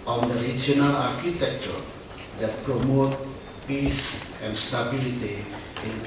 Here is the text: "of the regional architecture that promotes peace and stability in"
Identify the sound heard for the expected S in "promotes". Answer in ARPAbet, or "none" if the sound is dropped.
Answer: none